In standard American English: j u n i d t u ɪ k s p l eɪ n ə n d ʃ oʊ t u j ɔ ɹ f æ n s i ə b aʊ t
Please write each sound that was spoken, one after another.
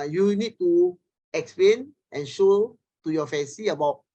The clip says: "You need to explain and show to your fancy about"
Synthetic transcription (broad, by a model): j u n i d t u ɪ k s p l eɪ n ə n ʃ oʊ t u j ɔ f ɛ n s i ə b aʊ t